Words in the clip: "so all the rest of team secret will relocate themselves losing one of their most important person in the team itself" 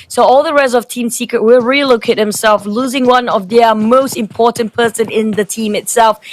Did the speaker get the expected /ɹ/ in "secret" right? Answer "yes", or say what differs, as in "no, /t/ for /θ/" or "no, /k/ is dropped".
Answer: yes